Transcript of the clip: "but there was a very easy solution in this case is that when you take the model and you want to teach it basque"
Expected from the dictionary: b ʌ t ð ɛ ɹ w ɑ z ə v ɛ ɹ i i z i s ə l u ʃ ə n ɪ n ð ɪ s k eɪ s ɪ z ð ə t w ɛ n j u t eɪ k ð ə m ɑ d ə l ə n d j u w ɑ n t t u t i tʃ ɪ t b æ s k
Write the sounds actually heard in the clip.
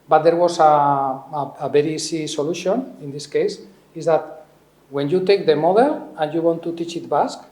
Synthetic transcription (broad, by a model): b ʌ t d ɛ ɹ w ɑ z ə b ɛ ɹ i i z i s ə l u ʃ ə n ɪ n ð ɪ s k eɪ s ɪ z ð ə t w ɛ n j u t eɪ k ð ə m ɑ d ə l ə n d j u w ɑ n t t u t i tʃ ɪ t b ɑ s k